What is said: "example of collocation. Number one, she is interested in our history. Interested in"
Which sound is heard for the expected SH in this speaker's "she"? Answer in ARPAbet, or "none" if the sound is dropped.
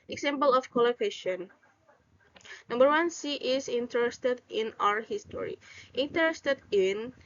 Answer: S